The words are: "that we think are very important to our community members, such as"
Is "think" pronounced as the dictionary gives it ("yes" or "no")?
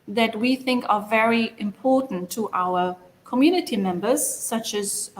yes